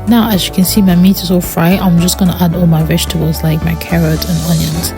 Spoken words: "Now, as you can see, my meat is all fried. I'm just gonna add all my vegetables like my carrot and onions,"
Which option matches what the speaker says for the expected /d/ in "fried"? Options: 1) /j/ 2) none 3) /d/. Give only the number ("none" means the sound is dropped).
2